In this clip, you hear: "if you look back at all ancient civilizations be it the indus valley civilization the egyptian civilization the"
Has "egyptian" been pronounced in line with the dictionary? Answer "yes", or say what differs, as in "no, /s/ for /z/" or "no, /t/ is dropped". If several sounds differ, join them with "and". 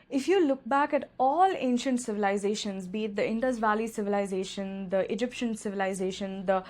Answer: yes